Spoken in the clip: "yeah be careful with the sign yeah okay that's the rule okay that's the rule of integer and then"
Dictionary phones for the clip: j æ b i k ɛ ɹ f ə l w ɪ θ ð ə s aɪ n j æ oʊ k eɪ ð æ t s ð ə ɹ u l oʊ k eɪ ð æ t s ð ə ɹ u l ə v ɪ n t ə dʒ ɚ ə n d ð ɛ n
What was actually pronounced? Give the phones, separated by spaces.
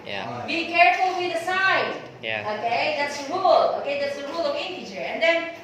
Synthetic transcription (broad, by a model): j b i k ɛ ɹ f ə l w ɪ ð ə s aɪ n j oʊ k eɪ ð æ t s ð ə ɹ u l oʊ k eɪ ð æ t s ð ə ɹ u l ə w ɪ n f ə tʃ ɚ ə n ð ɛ n